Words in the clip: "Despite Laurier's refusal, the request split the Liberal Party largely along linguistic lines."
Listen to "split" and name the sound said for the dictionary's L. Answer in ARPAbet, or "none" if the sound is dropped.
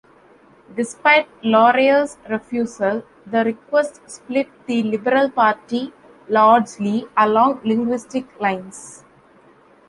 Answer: L